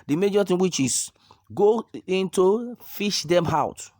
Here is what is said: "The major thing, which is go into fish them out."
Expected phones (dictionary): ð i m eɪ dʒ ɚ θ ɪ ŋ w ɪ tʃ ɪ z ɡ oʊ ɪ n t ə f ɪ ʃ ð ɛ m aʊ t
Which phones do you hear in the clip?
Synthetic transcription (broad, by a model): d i m eɪ dʒ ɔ t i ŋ w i tʃ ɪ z ɡ oʊ ɪ n t ə f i ʃ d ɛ m aʊ t